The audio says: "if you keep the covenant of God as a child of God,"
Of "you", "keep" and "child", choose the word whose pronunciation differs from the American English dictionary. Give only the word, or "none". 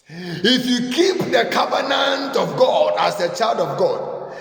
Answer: none